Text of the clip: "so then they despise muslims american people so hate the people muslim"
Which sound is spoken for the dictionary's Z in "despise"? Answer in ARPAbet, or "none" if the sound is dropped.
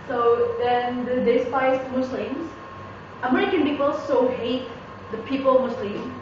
S